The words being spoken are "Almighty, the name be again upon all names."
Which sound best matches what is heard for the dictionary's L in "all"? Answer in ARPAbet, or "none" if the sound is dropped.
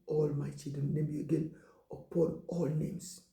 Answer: L